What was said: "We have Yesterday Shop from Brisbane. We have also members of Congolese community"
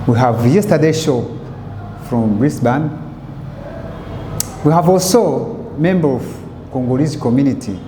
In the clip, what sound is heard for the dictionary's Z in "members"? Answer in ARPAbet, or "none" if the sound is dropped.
none